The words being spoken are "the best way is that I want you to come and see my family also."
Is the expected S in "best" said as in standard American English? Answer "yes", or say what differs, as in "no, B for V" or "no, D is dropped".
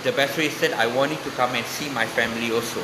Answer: no, S is dropped